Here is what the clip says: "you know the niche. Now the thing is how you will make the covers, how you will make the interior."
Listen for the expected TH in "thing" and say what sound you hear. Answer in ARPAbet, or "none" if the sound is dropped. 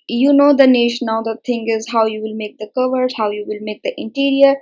T